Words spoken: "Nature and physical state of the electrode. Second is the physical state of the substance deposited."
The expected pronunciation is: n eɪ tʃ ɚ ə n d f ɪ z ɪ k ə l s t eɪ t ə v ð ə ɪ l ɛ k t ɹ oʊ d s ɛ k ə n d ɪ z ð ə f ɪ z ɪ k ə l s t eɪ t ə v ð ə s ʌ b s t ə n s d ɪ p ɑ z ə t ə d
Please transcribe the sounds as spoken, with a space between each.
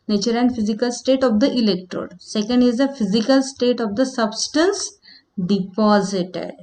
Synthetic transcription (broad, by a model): n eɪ tʃ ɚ ə n d f ɪ z ɪ k ə l s t eɪ t ə v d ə ɪ l ɛ k t ɹ oʊ d s ɛ k ə n d ɪ z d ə f ɪ z ɪ k ə l s t eɪ t ə v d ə s ʌ b s t ə n s d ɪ p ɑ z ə t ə d